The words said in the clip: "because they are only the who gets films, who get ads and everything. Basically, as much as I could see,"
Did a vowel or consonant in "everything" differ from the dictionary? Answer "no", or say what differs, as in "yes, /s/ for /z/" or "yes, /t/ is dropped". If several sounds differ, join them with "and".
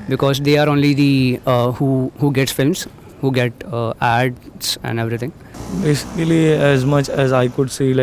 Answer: yes, /t/ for /θ/